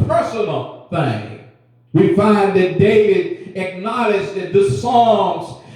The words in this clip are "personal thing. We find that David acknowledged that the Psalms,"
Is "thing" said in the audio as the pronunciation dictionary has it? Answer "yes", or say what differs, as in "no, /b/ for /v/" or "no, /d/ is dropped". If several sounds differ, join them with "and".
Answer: yes